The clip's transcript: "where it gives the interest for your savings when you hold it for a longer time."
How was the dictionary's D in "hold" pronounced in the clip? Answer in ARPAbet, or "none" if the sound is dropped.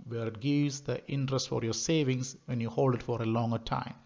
D